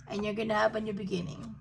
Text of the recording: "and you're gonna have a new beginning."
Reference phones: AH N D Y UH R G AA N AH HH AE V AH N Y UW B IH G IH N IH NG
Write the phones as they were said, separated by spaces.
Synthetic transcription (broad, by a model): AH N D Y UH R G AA N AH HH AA B AH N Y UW B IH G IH N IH NG